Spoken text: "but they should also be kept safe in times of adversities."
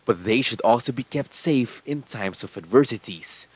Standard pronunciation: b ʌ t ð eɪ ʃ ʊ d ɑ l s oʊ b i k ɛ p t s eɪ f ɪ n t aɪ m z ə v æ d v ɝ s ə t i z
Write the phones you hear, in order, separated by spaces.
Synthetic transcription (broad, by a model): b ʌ t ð eɪ ʃ ʊ d ɑ l s oʊ b i k ɛ p t s eɪ f ɪ n t aɪ m s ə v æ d v ɝ s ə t i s